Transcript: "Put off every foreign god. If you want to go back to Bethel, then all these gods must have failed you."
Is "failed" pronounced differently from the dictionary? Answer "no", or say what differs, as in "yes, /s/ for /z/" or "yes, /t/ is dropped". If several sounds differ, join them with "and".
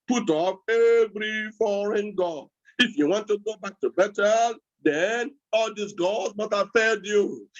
yes, /l/ is dropped